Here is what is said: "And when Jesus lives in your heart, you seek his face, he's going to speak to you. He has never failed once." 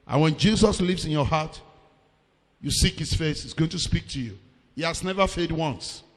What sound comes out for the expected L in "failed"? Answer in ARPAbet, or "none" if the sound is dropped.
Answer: none